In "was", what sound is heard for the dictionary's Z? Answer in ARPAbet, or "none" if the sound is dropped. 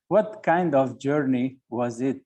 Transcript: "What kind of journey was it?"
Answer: Z